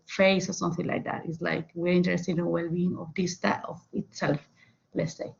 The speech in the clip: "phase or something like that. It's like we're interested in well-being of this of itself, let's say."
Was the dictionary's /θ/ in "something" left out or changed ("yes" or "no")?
no